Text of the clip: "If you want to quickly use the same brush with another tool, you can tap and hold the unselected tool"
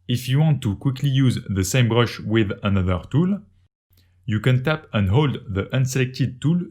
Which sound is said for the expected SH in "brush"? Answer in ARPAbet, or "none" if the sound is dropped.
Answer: SH